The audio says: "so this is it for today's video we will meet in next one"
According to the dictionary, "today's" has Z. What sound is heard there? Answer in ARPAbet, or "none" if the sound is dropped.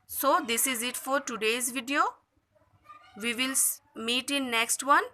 Z